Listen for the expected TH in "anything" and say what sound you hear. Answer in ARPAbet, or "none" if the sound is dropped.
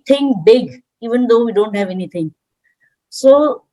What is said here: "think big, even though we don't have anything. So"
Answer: T